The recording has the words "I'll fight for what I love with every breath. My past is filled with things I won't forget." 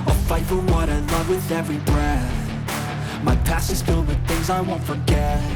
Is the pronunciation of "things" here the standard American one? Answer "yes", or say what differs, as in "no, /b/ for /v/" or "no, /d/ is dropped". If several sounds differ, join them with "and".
yes